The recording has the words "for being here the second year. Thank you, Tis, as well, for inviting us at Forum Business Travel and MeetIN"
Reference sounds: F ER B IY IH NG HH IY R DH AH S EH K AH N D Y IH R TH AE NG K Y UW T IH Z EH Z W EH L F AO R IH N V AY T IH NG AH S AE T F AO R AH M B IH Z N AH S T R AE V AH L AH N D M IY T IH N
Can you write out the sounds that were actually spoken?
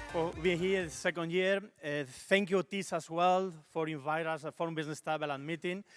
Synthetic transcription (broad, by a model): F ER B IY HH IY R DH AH S EH K AH N D Y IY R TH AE NG K Y UW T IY S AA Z W EH L F AO R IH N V AY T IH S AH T F AO R AH M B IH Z N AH S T EH B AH L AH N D M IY T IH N